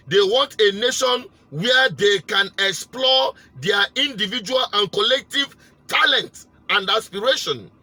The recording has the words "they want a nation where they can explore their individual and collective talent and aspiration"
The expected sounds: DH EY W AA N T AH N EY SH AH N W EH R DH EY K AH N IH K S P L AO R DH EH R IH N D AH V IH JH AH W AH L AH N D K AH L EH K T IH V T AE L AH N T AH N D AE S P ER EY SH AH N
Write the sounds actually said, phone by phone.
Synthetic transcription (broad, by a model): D EY W AA N T AH N EY SH AH N W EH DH EY K AH N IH K S P L AO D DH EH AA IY N D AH V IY JH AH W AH L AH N K AH L EH K T IH V T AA L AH N T AH N D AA S P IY EY SH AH N